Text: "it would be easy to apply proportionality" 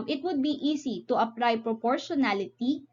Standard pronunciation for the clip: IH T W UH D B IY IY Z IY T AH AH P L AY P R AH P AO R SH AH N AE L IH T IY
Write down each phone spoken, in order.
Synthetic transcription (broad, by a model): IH T W UH D B IY IY S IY T AH AH P L AY P R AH P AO R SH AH N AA L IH T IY